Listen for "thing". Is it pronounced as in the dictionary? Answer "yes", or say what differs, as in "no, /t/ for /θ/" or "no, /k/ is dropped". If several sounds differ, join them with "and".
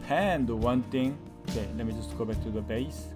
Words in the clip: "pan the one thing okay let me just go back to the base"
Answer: no, /t/ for /θ/